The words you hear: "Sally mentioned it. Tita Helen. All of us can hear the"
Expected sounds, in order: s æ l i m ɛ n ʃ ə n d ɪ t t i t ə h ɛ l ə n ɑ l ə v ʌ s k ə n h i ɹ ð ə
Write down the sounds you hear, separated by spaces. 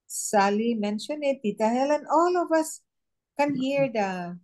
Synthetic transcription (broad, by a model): s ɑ l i m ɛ n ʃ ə n ɪ t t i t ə h ɛ l ə n ɑ l ə v ʌ s k ə n h i ɹ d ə